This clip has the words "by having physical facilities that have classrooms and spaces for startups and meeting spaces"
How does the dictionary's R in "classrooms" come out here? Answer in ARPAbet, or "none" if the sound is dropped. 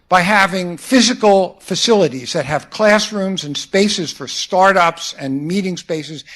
R